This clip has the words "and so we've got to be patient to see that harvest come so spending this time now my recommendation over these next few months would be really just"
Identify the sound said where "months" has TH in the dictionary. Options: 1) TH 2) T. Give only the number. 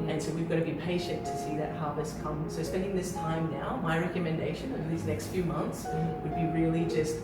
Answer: 1